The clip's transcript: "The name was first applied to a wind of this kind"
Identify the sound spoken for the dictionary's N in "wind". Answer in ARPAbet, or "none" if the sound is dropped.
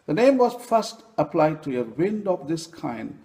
N